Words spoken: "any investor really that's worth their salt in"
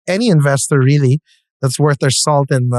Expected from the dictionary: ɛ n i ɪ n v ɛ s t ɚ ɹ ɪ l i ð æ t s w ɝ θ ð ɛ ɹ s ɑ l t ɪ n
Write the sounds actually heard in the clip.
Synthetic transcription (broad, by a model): ɛ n i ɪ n v ɛ s t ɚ ɹ ɪ l i ð æ t s w ɝ θ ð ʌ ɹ s ɑ l t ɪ n